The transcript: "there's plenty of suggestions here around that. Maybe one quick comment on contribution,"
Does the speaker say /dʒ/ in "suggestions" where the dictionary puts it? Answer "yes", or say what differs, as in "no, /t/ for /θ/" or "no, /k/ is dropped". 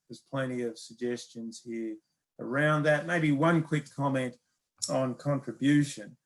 yes